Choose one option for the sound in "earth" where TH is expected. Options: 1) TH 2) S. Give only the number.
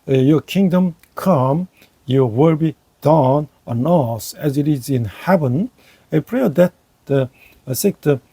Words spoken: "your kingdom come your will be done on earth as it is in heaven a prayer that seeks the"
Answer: 2